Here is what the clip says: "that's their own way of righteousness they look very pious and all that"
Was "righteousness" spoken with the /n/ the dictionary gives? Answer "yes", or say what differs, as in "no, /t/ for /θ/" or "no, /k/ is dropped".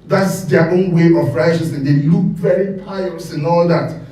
no, /n/ is dropped